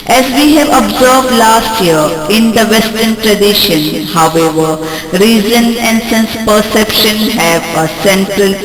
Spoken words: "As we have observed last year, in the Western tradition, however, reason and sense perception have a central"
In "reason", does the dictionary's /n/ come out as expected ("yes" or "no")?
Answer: yes